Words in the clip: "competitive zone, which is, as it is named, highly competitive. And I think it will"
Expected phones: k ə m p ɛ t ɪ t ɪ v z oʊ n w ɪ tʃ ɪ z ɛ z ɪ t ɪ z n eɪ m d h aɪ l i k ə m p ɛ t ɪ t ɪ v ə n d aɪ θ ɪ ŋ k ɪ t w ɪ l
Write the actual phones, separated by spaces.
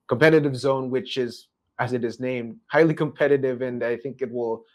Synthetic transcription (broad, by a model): k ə m p ɛ t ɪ t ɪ v z oʊ n w ɪ tʃ ɪ z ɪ z ɪ t ɪ z n eɪ m d h aɪ l i k ə m p ɛ t ɪ t ɪ v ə n aɪ θ ɪ ŋ k ɪ t w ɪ l